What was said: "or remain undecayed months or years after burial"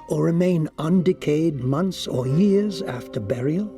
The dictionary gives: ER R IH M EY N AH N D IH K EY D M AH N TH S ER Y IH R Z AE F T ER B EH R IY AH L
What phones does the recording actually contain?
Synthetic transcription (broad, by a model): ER R IH M EY N AH N D IH K EY D M AH N TH S ER Y IH R Z AE F T ER B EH R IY L